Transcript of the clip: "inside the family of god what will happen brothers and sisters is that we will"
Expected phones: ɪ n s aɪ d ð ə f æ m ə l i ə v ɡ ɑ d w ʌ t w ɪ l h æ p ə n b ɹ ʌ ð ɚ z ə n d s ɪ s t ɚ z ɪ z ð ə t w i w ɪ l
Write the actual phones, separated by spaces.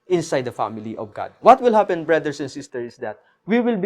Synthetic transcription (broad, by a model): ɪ n s aɪ d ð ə f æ m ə l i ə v ɡ ɑ d w ʌ t w ɪ l h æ p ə n b ɹ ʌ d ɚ s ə n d s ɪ s t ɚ ɪ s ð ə t w i w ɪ l